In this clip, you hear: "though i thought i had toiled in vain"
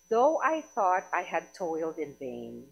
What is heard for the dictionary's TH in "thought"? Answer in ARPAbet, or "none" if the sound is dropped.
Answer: TH